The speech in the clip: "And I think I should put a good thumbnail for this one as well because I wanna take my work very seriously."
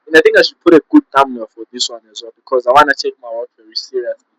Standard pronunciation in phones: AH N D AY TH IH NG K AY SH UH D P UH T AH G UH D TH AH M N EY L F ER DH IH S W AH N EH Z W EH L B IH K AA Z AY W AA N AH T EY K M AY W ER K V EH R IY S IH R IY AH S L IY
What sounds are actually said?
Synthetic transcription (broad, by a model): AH N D AY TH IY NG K AY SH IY P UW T AH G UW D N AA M EY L F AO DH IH S W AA N EH Z W EH L B IH K AA Z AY W AA N AH T EY K M AY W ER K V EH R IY S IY R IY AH S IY